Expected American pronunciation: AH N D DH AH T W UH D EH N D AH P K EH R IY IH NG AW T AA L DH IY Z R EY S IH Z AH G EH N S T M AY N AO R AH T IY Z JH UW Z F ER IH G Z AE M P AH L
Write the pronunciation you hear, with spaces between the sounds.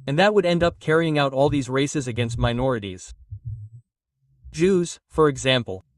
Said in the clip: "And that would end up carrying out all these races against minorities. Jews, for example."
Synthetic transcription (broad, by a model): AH N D DH AH T W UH D EH N D AH P K EH R IY IH NG AW T AA L DH IY Z R EY S IH Z AH G EH N S T M AY N AO R AH T IY Z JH UW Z F ER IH G Z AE M P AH L